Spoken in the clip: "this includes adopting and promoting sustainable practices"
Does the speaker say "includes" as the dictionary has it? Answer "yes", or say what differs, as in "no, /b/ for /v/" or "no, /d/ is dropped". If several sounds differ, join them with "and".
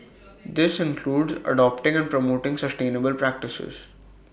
yes